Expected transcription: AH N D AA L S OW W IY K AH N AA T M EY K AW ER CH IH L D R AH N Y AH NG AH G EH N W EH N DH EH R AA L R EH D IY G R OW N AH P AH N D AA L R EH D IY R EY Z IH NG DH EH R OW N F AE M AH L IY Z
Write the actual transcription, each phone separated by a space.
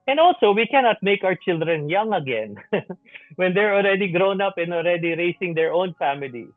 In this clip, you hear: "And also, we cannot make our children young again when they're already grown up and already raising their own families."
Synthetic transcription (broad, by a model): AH N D AA L S OW W IY K AH N AA T M EY K AW ER CH IH L D R AH N Y AH NG AH G EH N W EH N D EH R AA L R EH D IY G R OW N AH P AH N AA L R EH D IY R EY S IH NG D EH R OW N F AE M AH L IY